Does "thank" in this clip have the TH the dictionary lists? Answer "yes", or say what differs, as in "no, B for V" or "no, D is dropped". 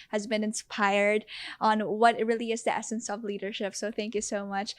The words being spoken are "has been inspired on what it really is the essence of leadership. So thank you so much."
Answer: yes